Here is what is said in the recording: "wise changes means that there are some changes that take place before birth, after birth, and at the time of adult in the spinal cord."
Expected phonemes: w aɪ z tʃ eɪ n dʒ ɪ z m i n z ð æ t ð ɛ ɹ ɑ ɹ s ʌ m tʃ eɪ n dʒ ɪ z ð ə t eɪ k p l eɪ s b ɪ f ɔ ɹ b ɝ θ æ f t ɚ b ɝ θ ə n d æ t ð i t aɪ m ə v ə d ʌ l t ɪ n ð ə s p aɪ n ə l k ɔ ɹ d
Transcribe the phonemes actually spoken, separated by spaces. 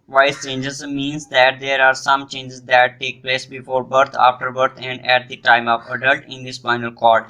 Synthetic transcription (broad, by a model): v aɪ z tʃ eɪ n dʒ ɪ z m i n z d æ t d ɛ ɹ ɑ ɹ s ʌ m tʃ eɪ n dʒ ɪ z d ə t eɪ k p l eɪ s b ɪ f ɔ ɹ b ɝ t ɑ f t ɚ b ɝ t ə n d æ t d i t aɪ m ə v ə d ʌ l t ɪ n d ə s f aɪ n ə l k ɔ ɹ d